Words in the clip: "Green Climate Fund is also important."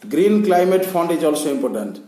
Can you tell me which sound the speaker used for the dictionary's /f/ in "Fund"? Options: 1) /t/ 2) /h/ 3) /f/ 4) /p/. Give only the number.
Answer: 4